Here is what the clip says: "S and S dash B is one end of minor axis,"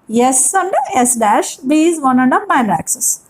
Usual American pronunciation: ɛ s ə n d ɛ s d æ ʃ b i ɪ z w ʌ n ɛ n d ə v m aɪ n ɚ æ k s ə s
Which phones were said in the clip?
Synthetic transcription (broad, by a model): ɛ s ə n d ɛ s d æ ʃ b i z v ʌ n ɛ n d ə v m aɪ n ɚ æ k s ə s